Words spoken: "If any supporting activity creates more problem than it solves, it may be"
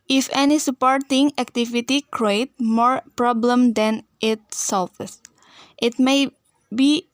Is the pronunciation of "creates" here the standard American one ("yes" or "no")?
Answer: no